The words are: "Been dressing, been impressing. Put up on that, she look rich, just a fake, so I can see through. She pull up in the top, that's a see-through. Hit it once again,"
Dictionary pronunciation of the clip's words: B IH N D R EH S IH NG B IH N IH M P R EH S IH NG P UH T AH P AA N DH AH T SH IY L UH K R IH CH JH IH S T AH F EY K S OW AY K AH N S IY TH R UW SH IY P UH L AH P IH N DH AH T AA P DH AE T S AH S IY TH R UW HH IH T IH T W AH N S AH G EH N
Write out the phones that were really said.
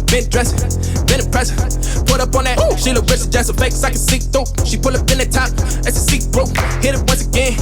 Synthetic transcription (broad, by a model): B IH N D R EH S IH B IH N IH P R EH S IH P UH T AH P N DH AH T SH IY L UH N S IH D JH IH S AH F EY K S AY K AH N S IY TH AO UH SH IY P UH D AH P IH N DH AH T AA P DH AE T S AH S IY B R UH HH IH T IH T W AH N S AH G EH N